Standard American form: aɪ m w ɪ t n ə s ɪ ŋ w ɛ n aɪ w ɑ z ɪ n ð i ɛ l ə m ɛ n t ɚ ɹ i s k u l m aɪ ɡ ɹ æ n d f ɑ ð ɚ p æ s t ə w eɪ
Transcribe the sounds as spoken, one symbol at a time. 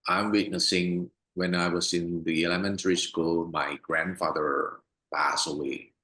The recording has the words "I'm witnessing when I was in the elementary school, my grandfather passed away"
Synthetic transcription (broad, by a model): aɪ m w ɪ t n ə s ɪ ŋ w ɛ n aɪ w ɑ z ɪ n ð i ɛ l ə m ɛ n t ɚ ɹ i s k u l m aɪ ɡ ɹ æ n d f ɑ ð ɚ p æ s ə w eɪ